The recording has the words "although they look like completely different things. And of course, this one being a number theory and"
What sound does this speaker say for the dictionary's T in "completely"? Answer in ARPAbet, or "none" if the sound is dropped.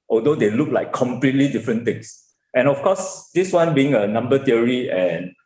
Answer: T